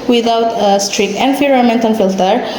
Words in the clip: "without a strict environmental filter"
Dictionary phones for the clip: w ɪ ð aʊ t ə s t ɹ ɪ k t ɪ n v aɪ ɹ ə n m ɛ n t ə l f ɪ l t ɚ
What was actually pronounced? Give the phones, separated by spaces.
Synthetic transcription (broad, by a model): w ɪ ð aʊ t ə s t ɹ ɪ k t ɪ n f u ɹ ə m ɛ n t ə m f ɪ l t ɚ